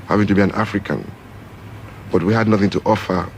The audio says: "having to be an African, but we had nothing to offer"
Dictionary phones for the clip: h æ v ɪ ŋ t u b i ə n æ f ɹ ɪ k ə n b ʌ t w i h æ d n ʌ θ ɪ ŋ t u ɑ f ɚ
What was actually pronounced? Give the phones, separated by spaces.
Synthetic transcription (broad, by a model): h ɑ v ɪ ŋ t u b i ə n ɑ f ɹ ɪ k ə n b ʌ t w i h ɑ d n ʌ θ ɪ ŋ t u ɑ f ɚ